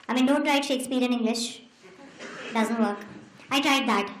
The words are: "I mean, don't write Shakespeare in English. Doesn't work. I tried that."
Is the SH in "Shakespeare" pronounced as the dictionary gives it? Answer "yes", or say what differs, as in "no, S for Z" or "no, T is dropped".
yes